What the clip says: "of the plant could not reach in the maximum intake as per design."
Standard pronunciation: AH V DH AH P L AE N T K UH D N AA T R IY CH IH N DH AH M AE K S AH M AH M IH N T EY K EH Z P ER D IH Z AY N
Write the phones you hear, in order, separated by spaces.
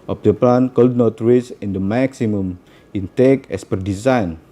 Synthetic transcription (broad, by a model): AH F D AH P L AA N K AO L N AA T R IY S IH N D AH M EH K S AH M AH M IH N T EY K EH S P ER D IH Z AY N